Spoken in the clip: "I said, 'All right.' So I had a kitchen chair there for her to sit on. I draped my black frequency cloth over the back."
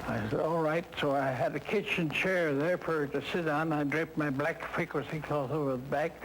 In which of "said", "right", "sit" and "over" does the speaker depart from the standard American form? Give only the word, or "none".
none